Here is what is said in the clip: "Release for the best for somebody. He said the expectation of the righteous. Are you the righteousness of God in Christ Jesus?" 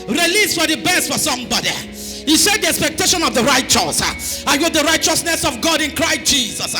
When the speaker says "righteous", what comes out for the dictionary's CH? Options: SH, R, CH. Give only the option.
CH